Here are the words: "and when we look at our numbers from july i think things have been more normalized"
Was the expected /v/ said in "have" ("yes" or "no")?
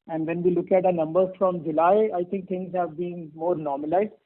yes